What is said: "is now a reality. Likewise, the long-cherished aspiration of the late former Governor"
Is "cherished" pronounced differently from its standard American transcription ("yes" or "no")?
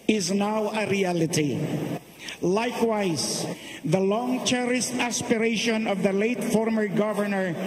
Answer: yes